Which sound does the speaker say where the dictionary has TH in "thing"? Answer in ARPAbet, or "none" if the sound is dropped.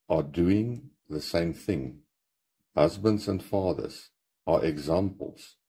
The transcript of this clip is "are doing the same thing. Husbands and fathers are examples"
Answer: TH